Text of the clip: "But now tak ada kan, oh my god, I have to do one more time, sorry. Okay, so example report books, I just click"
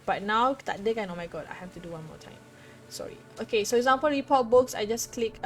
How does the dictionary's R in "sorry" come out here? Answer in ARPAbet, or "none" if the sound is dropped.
R